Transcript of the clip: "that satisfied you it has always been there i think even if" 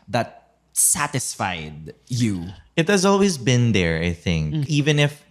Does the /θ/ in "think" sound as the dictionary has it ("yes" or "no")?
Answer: yes